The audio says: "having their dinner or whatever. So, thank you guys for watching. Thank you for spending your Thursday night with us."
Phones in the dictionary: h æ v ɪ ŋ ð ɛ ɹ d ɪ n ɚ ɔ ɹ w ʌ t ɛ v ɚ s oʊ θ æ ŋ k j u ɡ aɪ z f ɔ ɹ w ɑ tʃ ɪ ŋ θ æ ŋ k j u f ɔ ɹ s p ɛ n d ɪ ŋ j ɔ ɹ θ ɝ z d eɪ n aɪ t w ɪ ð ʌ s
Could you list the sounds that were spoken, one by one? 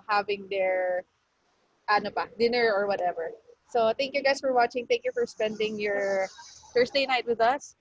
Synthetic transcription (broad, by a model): h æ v ɪ ŋ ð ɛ ɹ d ɪ n ɚ ɔ ɹ w ʌ t ɛ v ɚ s oʊ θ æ ŋ k j u ɡ aɪ s f ɔ ɹ w ɑ tʃ ɪ ŋ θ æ ŋ k j u f ɔ ɹ s p ɛ n d ɪ ŋ j ɔ ɹ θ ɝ s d eɪ n aɪ t w ɪ ð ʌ s